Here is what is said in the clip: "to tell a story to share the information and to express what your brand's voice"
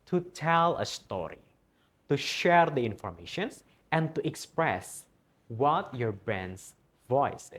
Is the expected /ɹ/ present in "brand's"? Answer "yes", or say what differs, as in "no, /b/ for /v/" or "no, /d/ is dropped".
no, /ɹ/ is dropped